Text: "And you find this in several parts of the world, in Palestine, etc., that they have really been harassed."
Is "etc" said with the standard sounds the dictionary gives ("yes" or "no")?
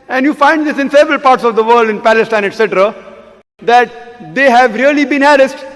yes